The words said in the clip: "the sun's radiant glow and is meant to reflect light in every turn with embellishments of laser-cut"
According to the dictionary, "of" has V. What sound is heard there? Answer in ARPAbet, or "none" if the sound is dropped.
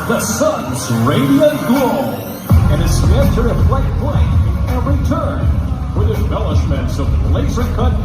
B